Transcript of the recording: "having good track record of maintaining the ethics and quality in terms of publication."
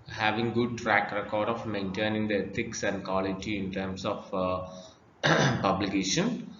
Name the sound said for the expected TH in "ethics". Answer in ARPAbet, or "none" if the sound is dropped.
T